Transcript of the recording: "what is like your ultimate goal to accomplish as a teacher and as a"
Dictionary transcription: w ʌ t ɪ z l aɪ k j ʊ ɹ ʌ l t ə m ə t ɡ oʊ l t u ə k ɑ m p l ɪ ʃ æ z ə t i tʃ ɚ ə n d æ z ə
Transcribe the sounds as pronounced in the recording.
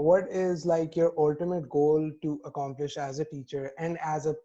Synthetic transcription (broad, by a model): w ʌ t ɪ z l aɪ k j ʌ ɹ ʌ l t ə m ə t ɡ oʊ l t u ə k ɑ m p l ɪ ʃ æ z ə t i tʃ ɚ ə n d æ z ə